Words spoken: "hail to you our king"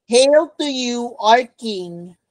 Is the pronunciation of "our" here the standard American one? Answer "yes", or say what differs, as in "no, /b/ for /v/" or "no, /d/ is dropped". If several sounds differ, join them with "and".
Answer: yes